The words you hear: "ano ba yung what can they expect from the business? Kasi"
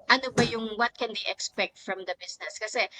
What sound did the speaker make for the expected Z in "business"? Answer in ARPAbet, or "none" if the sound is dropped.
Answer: S